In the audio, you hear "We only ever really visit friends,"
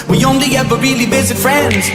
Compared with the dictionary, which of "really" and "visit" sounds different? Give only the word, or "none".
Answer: visit